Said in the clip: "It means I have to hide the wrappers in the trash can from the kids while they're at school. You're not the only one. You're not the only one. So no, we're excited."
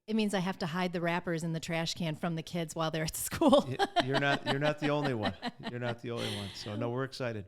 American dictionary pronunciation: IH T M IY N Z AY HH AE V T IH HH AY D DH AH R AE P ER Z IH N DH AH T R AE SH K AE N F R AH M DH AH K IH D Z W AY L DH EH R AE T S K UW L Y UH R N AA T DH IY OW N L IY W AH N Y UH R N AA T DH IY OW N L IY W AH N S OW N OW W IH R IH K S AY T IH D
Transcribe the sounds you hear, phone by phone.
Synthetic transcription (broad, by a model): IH T M IY N Z AY HH AE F T IH HH AY D DH AH R AE P ER Z IH N DH AH T R AE SH K AE N F R AH M DH AH K IH D Z W AY L DH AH R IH T S K UW L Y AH R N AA T DH IY OW N L IY W AH N Y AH R N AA T DH IY OW N L IY W AH N S OW N OW W IH R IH K S AY T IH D